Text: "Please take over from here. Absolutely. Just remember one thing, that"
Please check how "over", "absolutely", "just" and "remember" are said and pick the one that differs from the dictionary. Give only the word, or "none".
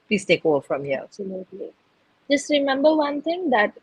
over